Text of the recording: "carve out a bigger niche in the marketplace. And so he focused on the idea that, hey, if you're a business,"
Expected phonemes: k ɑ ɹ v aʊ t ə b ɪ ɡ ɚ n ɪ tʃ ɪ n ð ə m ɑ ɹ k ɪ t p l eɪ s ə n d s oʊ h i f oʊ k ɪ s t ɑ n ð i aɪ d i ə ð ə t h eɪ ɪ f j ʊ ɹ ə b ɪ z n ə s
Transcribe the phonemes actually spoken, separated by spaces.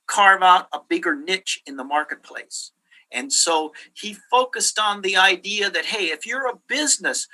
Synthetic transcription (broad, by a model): k ɑ ɹ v aʊ t ə b ɪ ɡ ɚ n ɪ tʃ ɪ n ð ə m ɑ ɹ k ɪ t p l eɪ s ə n s oʊ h i f oʊ k ɪ s t n ð i aɪ d i ə ð ə t h eɪ ɪ f j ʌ ɹ ə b ɪ z n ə s